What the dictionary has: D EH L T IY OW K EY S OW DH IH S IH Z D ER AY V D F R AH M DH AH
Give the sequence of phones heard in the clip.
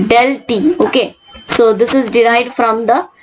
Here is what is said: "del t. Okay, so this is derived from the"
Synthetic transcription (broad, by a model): D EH L T IY OW K EY S OW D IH S IH Z D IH AY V D F R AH M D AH